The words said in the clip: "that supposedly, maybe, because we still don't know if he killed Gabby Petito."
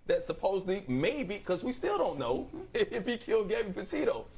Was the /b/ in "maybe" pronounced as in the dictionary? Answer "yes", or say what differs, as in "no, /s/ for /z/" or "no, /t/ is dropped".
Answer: no, /b/ is dropped